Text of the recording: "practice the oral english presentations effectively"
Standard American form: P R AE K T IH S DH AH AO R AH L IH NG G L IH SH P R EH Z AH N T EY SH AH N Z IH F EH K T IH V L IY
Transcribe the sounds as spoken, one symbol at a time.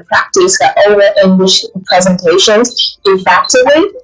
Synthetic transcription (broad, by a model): P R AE K T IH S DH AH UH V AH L IH NG G L IH SH P R EH Z AH N T EY SH AH N Z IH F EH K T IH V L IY